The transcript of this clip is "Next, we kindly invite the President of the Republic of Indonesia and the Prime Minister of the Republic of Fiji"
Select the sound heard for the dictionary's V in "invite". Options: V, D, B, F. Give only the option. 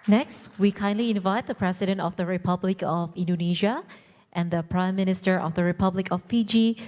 V